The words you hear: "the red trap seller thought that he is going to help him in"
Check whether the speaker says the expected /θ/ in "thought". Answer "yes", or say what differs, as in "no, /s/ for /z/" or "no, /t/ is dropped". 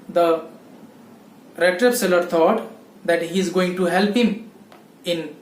no, /t/ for /θ/